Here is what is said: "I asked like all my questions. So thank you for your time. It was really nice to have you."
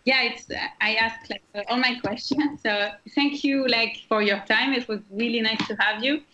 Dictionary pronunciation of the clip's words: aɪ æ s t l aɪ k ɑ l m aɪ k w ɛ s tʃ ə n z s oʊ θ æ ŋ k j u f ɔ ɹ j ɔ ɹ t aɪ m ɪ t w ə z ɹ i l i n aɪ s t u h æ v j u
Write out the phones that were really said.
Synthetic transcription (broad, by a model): aɪ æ s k l aɪ k ɑ l m aɪ k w ɛ s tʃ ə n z s oʊ θ æ ŋ k j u f ɔ ɹ j ɔ ɹ t aɪ m ɪ t w ə z ɹ i l i n aɪ s t u h æ v j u